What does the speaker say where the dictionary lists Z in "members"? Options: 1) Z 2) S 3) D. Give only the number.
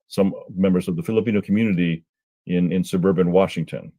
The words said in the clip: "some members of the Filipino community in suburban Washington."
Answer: 1